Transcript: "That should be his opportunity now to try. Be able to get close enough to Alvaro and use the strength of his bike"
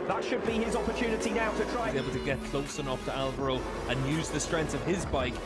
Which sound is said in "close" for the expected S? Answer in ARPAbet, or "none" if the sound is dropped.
S